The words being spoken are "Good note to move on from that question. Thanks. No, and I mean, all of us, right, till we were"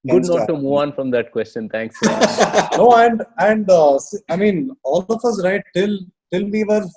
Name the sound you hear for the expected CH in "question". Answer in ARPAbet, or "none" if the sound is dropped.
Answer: CH